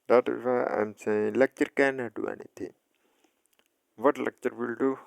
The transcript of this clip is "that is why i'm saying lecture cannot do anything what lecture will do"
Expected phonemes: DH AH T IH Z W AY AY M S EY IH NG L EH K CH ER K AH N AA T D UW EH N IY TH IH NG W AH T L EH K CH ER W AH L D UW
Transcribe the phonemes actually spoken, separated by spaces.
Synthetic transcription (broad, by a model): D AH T IH Z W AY AY M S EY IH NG L EH K CH ER K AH N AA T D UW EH N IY T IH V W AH T L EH K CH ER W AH L D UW